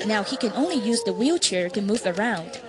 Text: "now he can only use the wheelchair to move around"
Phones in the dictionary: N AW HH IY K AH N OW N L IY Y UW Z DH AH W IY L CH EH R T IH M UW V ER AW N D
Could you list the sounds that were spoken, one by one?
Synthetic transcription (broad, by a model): N AW HH IY K AH N OW N L IY Y UW Z DH AH W IY L CH EH R T IH M UW V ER AW N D